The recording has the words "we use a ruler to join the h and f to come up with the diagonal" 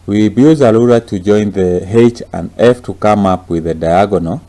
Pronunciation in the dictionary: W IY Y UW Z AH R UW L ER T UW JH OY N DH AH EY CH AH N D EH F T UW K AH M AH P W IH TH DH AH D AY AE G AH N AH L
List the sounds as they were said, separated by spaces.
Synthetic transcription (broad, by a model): W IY Y UW Z AH L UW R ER T UW JH OY N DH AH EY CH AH N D EH F T UW K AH M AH P W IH DH AH D AY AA G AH N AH